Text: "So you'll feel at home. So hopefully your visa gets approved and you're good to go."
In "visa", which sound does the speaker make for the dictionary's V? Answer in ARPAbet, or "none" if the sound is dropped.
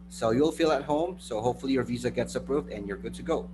V